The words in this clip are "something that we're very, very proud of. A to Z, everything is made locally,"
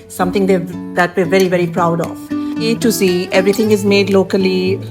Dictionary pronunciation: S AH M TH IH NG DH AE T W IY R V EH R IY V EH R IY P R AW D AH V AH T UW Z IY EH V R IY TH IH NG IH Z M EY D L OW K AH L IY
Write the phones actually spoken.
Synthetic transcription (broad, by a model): S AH M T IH NG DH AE T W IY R V EH R IY V EH R IY P R AW D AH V AH T UW S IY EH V R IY T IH NG IH Z M EY D L OW K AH L IY